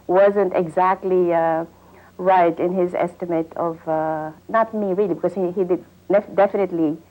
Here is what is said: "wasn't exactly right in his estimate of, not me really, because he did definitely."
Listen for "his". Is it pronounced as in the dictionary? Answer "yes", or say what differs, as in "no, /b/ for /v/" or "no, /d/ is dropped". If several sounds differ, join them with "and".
yes